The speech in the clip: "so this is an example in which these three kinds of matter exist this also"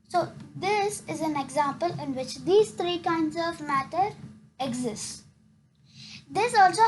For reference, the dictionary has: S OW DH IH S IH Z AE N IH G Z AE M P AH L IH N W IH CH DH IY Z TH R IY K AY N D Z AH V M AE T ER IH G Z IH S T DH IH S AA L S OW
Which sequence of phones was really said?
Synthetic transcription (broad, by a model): S OW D IH S IH Z AE N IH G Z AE M P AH L IH N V IH CH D IY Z T R IY K AY N D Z AH V M AE T ER IH G Z IH S T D IH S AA L S OW